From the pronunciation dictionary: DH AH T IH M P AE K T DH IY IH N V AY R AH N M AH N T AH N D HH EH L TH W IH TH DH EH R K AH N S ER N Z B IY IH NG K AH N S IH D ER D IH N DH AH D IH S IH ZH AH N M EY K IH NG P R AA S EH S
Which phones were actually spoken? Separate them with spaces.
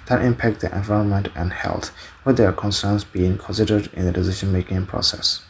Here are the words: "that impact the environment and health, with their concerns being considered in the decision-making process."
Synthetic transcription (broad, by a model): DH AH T IH M P AE K T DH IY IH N V AY R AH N M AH N T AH N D HH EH L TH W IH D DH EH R K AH N S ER N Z B IY IH NG K AH N S IH D ER D IH N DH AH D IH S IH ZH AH N M EY K IH NG P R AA S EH S